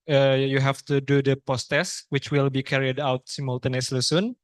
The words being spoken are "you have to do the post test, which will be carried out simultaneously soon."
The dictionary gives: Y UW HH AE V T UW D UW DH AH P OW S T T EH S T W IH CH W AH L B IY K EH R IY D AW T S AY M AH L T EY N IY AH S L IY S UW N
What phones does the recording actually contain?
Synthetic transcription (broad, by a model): Y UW HH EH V T UW D UW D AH P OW S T T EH S W IH CH W AH L B IY K EH R IY D AW T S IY M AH L T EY N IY S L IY S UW N